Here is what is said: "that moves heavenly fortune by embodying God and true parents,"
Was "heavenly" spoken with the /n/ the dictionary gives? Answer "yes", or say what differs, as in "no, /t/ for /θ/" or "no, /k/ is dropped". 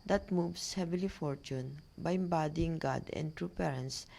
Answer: no, /n/ is dropped